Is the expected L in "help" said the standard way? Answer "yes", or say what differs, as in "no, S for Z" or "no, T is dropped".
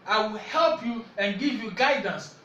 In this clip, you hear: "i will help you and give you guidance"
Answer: yes